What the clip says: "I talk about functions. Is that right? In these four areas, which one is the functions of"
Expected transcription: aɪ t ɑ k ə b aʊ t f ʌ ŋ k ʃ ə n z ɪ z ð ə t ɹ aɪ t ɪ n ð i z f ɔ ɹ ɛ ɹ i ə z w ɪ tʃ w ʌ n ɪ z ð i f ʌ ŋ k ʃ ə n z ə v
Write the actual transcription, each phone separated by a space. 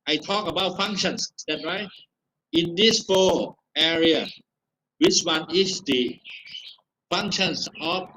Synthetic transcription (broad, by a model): aɪ t ɑ k ə b aʊ t f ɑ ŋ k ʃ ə n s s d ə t ɹ aɪ t ɪ n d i s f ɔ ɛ ɹ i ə w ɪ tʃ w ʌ n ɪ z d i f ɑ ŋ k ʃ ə n s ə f